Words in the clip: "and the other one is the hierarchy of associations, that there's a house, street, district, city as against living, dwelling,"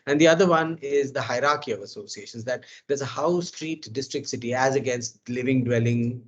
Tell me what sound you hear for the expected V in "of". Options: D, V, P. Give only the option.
V